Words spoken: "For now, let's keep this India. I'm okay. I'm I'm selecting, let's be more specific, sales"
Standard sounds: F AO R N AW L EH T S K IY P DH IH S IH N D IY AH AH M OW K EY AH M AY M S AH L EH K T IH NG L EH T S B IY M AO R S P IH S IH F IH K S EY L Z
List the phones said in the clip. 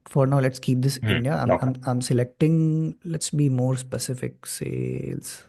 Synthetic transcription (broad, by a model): F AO R N AW L EH T S K IY P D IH S IH N D IY AH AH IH AA AH M AY M S AH L EH K T IH NG L EH T S B IY M AO R S P IH S IH F IH K S EY L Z